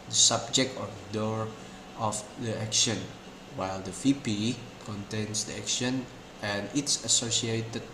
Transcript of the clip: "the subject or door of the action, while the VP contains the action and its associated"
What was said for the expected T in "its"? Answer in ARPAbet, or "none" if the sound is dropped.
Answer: T